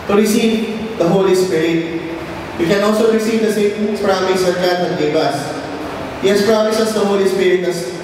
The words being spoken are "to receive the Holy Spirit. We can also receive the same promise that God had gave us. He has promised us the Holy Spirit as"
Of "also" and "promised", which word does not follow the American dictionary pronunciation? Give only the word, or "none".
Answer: promised